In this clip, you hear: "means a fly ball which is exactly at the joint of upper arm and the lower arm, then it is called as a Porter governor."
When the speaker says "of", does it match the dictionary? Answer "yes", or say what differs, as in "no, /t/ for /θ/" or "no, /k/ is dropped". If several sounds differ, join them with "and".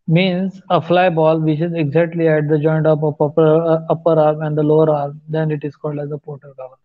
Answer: no, /p/ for /v/